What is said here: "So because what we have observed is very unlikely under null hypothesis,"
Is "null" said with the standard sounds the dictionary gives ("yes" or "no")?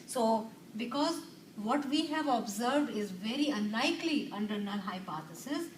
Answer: no